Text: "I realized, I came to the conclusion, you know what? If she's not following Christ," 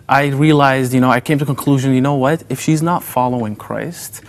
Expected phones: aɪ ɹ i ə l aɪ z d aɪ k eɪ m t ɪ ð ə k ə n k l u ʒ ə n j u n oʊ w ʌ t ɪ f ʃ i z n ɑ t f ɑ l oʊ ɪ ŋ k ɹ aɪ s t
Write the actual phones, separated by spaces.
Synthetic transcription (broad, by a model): aɪ ɹ i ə l aɪ z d aɪ k eɪ m t ɪ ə k ə n k l u ʒ ə n j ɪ n oʊ w ʌ t ɪ f ʃ i z n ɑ t f ɑ l oʊ ɪ ŋ k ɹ aɪ s t